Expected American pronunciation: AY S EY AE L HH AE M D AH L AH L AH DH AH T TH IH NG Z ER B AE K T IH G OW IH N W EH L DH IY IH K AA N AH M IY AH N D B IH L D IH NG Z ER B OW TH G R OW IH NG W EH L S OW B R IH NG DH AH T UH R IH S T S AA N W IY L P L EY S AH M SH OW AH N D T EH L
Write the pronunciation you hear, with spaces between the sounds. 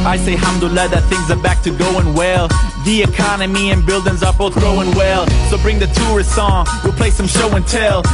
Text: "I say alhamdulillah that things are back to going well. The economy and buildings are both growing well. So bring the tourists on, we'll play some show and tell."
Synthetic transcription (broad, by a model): AY S EY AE HH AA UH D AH L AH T DH AH T TH IH NG Z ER B AE K T IH G OW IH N W EH L DH IY IH K AA N AH M IY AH N B IH L D IH NG Z ER B OW TH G OW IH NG W EH L S OW B R IH NG DH AH T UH R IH S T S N W IY L P L EY S AH M SH OW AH N T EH L